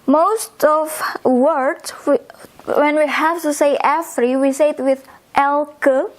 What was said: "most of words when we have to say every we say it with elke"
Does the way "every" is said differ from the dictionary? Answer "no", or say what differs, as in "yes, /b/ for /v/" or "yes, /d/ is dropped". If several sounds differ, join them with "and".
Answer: yes, /f/ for /v/